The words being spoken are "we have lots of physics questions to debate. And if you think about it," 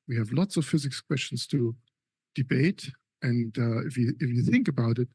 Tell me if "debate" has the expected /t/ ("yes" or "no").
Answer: yes